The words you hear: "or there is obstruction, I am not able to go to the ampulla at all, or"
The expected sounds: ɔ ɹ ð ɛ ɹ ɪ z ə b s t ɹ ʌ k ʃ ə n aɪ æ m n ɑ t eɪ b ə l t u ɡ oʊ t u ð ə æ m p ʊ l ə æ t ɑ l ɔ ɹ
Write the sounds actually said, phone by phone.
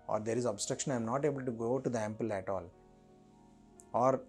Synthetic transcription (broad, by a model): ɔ ɹ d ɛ ɹ ɪ z ə b s t ɹ ʌ k ʃ ə n aɪ m n ɑ t eɪ b ə l t u ɡ oʊ t u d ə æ m p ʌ l æ t ɑ l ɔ ɹ